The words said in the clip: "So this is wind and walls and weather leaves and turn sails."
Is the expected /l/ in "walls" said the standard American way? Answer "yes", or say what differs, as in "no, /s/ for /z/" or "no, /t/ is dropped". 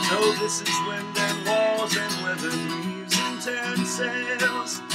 no, /l/ is dropped